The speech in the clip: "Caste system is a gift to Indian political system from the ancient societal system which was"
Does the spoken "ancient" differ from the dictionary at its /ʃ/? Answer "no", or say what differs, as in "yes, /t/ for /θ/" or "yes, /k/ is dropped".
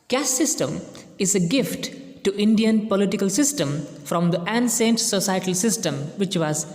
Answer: yes, /s/ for /ʃ/